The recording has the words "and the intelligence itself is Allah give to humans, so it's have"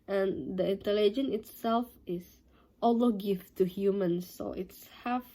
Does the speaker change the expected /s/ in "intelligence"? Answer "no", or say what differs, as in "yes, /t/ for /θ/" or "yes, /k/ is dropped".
yes, /s/ is dropped